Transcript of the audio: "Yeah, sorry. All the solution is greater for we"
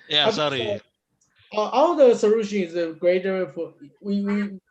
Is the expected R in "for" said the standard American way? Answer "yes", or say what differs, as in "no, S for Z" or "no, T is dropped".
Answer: no, W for R